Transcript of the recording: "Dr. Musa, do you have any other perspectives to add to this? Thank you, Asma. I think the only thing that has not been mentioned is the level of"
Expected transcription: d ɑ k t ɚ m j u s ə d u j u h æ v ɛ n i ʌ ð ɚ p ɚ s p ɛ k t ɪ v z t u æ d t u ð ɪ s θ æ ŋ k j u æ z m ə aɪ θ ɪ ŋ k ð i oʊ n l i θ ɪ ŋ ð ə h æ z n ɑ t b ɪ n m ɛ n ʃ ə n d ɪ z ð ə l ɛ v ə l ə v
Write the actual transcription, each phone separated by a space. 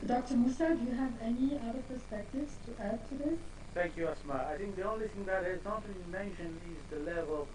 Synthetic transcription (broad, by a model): d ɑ k t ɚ m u s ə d j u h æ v ɛ n i ʌ ð ɚ p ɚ s p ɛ k t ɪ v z t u æ d t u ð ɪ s θ æ ŋ k j u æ s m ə aɪ θ ɪ ŋ k ð i oʊ n l i θ ɪ ŋ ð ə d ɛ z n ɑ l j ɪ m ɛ n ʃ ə n ɪ z ð ə l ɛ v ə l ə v